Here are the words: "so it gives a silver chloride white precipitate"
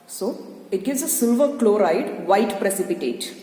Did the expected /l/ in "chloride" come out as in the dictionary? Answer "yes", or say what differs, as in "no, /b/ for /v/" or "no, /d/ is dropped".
yes